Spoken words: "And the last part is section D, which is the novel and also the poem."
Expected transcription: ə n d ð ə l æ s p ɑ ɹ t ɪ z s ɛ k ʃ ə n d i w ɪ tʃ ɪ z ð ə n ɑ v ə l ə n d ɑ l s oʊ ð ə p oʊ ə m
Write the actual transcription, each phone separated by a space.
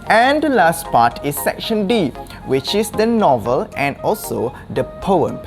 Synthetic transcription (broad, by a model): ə n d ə l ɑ s p ɑ t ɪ s ɛ k ʃ ə n d i w ɪ tʃ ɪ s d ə n ɑ v ə l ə n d ɑ l s oʊ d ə p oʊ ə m